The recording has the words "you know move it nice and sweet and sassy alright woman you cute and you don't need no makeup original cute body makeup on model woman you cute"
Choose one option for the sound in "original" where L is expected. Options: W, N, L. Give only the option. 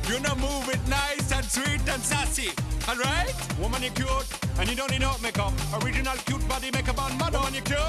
L